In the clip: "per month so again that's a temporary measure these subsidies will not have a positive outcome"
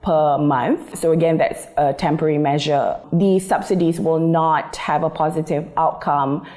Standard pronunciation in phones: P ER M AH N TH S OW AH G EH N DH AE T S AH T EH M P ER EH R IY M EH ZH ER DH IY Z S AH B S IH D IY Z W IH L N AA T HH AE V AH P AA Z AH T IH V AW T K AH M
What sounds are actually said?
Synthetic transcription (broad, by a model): P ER M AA N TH S OW AH G EH N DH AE T S AH T EH M P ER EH R IY M EH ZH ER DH IY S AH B S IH D IY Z W IH L N AA T HH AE V AH P AA Z AH T IH V AW T K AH M